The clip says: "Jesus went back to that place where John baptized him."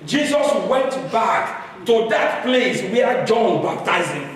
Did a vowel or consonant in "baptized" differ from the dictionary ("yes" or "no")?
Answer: yes